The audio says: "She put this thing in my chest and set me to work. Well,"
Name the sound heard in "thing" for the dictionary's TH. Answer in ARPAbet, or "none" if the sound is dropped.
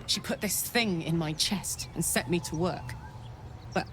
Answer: TH